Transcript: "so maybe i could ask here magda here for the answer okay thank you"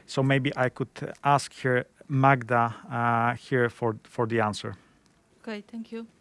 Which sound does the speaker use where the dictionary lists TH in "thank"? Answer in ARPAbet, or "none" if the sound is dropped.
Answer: T